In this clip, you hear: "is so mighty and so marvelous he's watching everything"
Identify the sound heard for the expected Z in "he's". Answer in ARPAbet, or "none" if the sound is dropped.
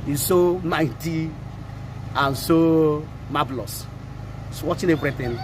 S